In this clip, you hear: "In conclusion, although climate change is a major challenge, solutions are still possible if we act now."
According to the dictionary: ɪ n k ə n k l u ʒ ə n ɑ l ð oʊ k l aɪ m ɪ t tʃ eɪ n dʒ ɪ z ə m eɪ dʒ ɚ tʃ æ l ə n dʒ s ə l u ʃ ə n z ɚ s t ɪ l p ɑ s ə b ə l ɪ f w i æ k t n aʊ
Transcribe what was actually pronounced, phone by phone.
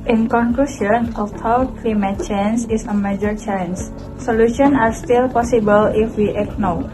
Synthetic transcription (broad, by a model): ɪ n k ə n k l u ʃ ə n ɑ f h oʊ k l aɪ m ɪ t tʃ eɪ n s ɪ s ə m eɪ dʒ ɚ tʃ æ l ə n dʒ s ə l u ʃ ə n ɑ s t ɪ l p ɑ s ə b ə l ɪ f w i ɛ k n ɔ